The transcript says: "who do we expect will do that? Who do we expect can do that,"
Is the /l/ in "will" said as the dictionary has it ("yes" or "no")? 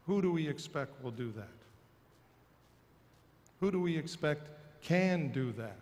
yes